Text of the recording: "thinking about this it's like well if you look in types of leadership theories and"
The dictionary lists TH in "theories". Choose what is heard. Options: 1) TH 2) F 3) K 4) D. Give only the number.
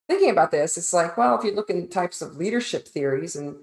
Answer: 1